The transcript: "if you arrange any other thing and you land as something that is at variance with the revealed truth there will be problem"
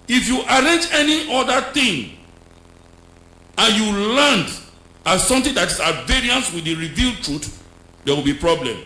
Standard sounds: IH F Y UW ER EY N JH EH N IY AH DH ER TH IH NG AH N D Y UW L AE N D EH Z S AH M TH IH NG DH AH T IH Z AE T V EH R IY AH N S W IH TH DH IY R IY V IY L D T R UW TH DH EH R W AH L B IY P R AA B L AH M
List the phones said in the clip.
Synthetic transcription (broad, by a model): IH F Y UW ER EY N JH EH N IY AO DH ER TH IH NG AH N Y UW L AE N D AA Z S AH M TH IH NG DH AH T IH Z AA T V EH R IY AH N S W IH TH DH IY R IY V IY L D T R UW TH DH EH W AH L B IY P R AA B L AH M